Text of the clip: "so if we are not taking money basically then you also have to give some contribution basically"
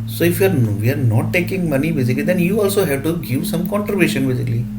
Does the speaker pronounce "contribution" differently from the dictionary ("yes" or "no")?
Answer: yes